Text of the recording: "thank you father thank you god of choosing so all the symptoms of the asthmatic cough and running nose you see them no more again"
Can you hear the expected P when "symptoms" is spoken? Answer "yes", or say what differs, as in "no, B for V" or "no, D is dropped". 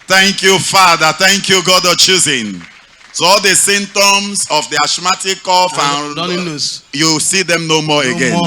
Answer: no, P is dropped